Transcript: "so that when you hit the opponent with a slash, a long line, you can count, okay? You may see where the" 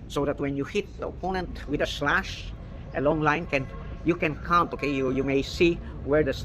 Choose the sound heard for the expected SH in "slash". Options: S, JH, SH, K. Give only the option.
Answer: SH